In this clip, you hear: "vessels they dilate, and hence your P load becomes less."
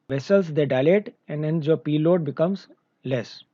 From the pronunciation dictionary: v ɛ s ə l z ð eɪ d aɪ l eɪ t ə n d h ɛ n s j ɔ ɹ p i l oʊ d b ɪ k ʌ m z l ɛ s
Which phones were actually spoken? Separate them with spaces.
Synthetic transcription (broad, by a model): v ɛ s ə l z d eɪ d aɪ l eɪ t ə n d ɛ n j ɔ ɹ p i l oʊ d b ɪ k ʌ m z l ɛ s